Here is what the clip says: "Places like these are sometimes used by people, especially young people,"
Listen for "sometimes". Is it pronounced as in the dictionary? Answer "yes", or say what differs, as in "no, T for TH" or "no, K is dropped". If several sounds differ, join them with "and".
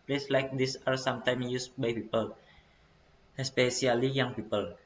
no, Z is dropped